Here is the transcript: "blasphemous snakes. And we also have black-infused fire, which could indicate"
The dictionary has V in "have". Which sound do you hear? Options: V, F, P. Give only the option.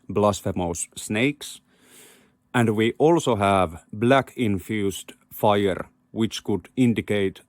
V